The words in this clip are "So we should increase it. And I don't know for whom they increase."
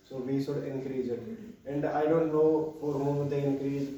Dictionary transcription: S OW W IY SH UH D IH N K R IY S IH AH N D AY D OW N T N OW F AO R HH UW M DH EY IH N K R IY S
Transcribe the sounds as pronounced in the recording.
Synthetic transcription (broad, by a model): S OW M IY S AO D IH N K R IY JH IH AH N D AY D OW N T N OW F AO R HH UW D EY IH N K R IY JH